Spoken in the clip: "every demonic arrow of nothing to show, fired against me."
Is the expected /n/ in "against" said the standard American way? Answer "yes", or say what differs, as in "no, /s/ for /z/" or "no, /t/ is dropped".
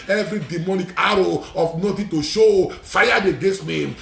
no, /n/ is dropped